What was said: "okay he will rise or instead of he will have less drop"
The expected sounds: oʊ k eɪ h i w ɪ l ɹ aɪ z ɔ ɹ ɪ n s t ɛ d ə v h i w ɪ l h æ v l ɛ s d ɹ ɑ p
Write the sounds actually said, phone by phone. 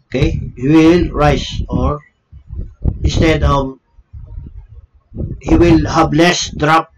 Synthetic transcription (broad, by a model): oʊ k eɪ h i w ɪ l ɹ aɪ s ɔ ɹ ɪ n s t ɛ d ə v h i w ɪ l h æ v l ɛ s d ɹ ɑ p